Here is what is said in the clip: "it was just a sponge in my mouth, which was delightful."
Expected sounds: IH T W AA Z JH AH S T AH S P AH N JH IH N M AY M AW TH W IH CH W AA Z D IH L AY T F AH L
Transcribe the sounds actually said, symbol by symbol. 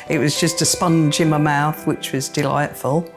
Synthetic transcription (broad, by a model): IH T W AA Z JH AH S T AH S P AH N JH IH N M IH M AW TH W IH CH W AA Z D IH L AY T F AH L